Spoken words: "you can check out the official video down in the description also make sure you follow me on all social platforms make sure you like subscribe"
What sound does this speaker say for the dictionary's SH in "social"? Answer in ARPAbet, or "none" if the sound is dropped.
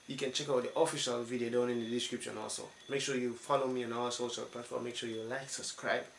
S